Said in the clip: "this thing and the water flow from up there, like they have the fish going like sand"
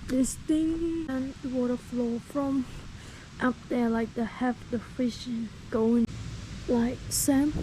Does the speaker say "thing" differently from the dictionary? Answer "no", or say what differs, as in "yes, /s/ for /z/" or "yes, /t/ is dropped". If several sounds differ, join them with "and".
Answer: yes, /t/ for /θ/